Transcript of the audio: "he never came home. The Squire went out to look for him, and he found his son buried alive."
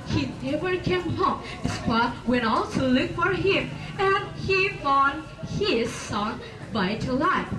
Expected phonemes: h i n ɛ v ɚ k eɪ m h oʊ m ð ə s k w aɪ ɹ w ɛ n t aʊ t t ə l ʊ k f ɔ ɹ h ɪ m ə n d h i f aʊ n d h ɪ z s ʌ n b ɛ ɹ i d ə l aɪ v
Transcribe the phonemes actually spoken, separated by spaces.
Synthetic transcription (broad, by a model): h i n ɛ v ɚ k eɪ m h oʊ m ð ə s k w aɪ w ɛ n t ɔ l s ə l ʊ k f ɔ ɹ h ɪ m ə n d h i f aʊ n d h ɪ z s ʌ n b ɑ i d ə l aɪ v